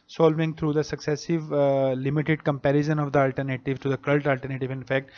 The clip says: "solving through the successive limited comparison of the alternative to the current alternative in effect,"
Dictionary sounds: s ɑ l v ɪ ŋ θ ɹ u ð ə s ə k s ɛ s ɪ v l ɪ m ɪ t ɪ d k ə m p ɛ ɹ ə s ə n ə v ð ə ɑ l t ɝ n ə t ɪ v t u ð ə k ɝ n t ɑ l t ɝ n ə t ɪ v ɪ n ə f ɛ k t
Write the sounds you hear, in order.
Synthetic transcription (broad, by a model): s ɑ l v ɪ ŋ t ɹ u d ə s ə k s ɛ s ɪ v l ɪ m ɪ t ɪ d k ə m p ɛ ɹ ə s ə n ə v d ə ɑ l t ɝ n ə t ɪ v t u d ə k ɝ l t ɑ l t ɝ n ə t ɪ v ɪ n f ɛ k t